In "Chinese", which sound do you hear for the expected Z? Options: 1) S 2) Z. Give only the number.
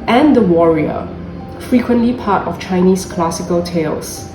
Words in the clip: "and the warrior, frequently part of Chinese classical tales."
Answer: 1